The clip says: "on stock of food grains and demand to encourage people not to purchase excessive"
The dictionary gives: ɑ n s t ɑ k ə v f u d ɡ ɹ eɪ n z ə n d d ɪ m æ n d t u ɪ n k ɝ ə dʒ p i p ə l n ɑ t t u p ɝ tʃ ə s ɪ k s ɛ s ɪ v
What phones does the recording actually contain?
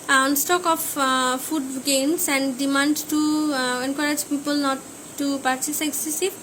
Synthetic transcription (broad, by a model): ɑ n s t ɑ k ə f f u d ɡ eɪ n s ə n d d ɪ m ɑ n d t u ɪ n k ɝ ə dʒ p i p ə l n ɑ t t u p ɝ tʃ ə s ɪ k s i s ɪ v